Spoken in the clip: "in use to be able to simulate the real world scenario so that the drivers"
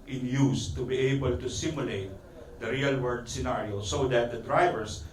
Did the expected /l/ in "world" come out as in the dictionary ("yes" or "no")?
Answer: no